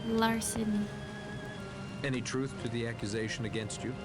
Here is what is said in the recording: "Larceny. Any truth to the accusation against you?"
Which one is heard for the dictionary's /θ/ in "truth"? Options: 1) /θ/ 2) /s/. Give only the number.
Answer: 1